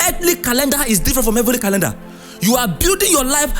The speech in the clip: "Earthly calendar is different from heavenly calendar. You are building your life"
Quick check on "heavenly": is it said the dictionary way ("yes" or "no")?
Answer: no